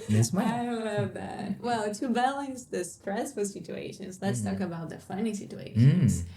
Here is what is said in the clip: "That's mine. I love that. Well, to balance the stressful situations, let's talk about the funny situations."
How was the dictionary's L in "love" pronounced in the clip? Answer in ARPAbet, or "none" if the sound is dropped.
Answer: N